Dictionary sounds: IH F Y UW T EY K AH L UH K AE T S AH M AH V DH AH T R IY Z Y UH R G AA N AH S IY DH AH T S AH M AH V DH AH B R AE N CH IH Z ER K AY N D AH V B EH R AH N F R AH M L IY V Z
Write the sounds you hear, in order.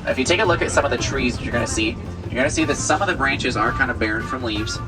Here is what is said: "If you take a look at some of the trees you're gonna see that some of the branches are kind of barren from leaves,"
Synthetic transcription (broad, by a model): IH F Y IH T EY K AH L UH K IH T S AH M AH V DH AH T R IY Z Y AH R G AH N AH S IY DH AH T S AH M AH V DH AH B R AE N CH IH Z ER K AY N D AH V B EH R AH N F R AH M L IY V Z